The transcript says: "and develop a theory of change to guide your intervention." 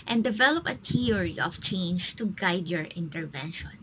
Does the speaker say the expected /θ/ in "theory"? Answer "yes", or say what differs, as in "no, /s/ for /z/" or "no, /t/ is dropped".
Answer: no, /t/ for /θ/